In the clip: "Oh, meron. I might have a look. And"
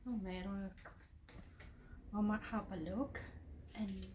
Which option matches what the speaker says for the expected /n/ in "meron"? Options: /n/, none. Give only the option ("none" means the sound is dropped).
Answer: none